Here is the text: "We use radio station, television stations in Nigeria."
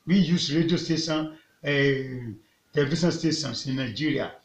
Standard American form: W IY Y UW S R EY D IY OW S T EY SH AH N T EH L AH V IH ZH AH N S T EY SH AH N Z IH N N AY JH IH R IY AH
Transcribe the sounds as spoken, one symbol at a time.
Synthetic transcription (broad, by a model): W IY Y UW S R EY D IY OW S T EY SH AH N T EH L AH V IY SH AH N S T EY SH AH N S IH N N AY JH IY R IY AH